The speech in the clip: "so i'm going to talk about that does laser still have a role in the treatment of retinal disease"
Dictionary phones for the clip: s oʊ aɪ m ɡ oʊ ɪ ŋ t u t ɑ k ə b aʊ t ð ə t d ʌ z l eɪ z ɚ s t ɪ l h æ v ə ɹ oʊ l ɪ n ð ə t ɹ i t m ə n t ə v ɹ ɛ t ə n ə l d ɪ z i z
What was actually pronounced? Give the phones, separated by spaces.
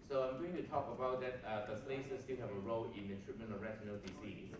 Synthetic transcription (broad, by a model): s oʊ aɪ m ɡ oʊ ɪ ŋ t u t ɑ k ə b aʊ t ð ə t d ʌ s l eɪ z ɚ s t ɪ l h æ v ə ɹ oʊ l ɪ n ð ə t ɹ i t m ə n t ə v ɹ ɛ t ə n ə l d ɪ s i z